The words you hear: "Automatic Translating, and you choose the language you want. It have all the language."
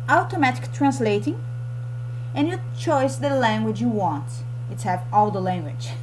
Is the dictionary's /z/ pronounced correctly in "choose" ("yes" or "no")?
no